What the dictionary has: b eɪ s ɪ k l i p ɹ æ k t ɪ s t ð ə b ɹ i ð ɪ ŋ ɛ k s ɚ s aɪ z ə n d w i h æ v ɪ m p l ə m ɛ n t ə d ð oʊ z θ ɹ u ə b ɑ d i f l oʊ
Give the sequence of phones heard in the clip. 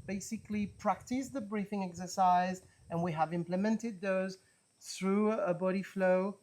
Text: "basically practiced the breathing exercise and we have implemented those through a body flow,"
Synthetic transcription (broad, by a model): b eɪ s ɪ k l i p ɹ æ k t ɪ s ð ə b ɹ i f ɪ ŋ ɛ k s ɚ s aɪ z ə n w i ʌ v ɪ m p l ə m ɛ n t ə d ð oʊ z θ ɹ u ə b ɑ d i f l oʊ